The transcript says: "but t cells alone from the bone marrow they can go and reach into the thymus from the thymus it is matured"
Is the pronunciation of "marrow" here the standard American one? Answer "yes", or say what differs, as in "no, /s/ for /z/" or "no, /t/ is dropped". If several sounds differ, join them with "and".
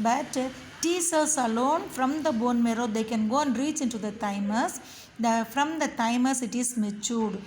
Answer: yes